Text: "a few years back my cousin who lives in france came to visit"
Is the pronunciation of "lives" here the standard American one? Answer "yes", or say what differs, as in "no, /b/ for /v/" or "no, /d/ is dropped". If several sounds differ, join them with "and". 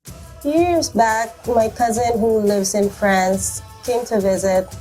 yes